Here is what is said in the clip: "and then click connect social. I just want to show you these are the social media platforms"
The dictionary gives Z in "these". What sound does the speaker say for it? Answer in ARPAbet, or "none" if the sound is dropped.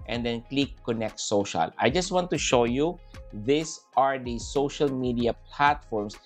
S